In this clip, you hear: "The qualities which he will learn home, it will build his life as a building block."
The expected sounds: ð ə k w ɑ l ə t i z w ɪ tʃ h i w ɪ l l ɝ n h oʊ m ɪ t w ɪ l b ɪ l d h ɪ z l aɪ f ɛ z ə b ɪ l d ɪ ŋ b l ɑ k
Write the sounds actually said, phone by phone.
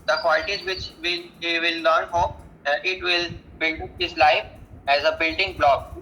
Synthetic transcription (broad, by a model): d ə k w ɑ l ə t i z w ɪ tʃ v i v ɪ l l ɝ n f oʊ ɪ t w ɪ l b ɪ l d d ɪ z l aɪ f ɛ z ə b ɪ l d ɪ ŋ b l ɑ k